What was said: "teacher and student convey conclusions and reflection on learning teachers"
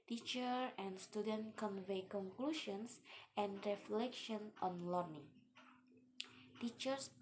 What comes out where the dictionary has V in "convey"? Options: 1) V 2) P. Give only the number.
1